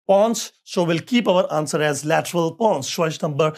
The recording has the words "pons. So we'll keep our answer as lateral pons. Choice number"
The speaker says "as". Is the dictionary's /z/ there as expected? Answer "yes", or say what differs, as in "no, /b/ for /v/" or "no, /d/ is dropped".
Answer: yes